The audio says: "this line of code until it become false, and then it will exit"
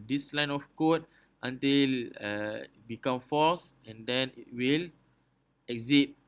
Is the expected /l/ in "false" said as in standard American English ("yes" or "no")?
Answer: no